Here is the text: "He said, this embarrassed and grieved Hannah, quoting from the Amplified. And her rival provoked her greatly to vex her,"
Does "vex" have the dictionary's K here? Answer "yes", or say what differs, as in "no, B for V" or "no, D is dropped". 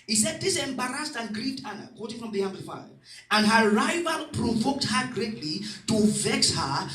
yes